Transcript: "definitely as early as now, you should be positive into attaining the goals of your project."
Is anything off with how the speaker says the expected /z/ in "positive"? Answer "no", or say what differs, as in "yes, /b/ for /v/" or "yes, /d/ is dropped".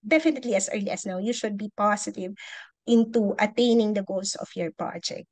yes, /s/ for /z/